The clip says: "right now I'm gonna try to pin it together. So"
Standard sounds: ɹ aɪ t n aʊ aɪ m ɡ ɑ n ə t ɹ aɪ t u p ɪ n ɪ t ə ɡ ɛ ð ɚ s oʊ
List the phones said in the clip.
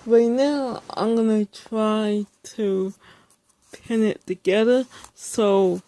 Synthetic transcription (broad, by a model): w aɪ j n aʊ aɪ m ɡ ɑ n ə t ɹ aɪ t u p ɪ n ɪ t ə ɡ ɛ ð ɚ s oʊ